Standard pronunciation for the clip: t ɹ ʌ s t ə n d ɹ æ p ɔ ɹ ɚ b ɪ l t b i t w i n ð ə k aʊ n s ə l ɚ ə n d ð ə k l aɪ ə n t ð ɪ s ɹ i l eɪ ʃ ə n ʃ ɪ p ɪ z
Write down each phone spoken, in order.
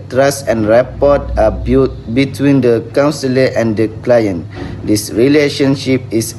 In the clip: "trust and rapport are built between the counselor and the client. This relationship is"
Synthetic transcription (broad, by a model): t ɹ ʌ s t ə n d ɹ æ p ɔ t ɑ b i t b i t w i n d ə k aʊ n s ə l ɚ ə n d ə k l aɪ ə n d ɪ s ɹ i l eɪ ʃ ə n ʃ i p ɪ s